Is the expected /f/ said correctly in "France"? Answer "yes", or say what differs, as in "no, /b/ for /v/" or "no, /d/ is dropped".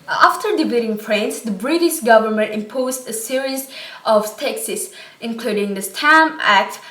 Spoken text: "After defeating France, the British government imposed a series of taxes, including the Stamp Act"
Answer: no, /p/ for /f/